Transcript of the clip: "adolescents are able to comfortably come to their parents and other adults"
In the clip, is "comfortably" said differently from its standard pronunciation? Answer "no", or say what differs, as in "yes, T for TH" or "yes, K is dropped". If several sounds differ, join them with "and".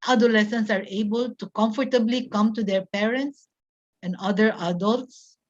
no